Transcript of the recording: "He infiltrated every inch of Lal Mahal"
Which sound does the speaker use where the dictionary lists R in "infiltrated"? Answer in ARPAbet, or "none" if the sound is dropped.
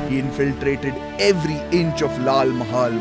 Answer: R